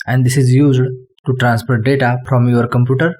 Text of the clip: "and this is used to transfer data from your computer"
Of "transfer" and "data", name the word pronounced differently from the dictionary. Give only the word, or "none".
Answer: transfer